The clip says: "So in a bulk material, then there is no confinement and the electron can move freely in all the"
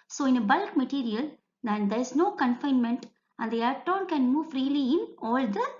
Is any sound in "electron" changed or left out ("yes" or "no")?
yes